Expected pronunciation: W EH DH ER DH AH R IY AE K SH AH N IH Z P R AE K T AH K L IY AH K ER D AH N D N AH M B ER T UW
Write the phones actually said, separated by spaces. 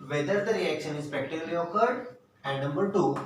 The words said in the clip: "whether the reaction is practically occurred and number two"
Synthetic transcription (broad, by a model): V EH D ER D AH R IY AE K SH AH N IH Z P EH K T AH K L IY AH K ER D AH N D N AH M B ER T UW